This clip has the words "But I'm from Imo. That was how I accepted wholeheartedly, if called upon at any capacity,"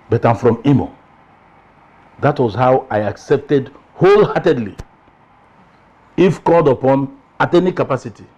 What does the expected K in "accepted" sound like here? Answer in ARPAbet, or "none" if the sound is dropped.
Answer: K